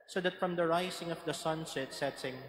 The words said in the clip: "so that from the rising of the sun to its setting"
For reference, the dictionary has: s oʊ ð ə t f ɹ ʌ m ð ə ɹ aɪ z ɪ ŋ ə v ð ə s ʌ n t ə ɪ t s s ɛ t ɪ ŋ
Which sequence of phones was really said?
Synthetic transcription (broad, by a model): s oʊ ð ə t f ɹ ʌ m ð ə ɹ aɪ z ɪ ŋ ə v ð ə s ʌ n s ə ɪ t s s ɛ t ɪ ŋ